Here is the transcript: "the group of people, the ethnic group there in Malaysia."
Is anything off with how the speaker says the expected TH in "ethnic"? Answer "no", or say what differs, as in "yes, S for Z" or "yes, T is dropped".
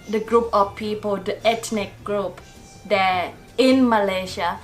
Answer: yes, T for TH